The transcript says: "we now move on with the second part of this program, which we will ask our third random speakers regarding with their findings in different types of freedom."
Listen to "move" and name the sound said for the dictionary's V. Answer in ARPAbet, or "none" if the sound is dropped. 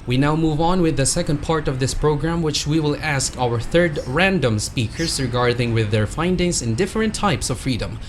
V